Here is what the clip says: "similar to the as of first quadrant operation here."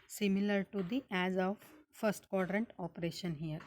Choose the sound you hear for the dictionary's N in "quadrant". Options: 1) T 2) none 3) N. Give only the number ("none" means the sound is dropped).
3